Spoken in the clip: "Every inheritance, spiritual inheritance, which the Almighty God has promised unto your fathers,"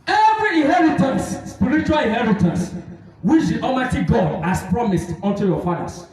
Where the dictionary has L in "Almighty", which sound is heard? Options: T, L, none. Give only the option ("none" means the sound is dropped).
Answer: none